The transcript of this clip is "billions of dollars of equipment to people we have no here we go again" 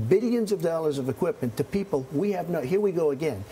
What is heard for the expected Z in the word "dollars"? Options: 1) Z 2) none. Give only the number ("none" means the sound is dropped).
1